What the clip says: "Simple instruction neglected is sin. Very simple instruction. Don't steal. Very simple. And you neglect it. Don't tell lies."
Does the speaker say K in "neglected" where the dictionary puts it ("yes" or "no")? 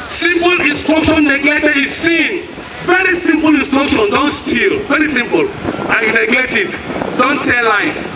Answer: no